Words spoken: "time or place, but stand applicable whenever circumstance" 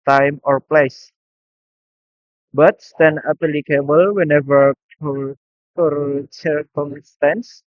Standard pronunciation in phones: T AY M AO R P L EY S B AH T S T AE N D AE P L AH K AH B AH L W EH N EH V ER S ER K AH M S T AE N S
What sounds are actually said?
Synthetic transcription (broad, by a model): T AY M AO R P L EY S B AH T S T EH N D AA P L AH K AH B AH L W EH N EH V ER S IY K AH M S T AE N S